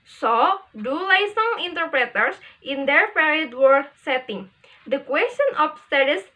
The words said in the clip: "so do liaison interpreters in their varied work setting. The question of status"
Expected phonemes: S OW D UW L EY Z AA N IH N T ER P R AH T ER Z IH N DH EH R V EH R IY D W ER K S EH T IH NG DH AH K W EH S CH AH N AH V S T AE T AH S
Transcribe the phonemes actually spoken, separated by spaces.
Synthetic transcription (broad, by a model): S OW D UW L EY S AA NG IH N T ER P R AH T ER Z IH N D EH R P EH R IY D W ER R S EH T IH NG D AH K W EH S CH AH N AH F S T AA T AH S